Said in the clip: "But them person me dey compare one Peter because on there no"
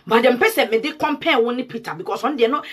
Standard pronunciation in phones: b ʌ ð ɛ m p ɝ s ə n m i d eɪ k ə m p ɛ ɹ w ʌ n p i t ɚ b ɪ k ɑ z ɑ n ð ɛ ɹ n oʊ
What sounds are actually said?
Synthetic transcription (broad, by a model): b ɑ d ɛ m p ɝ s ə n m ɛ d eɪ k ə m p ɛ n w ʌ n p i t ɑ b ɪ k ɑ s ɑ n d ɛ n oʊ